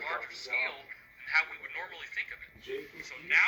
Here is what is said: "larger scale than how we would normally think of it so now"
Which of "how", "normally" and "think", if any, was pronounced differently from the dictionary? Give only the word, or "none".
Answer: none